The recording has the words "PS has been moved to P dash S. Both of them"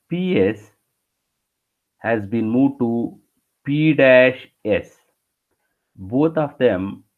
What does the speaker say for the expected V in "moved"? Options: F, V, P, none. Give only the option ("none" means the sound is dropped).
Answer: none